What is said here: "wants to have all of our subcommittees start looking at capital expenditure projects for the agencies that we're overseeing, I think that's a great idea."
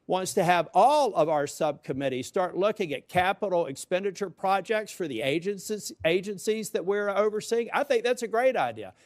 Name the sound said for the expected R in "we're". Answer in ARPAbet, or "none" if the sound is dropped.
R